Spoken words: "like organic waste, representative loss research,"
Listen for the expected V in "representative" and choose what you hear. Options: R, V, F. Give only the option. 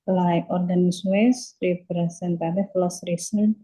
F